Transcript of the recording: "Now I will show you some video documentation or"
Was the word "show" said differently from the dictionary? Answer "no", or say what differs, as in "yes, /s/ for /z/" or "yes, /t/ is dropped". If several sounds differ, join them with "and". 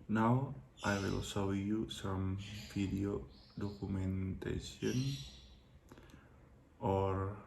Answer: yes, /s/ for /ʃ/